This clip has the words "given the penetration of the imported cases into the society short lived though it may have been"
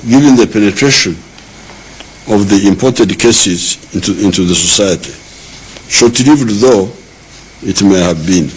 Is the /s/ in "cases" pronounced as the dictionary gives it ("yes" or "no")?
yes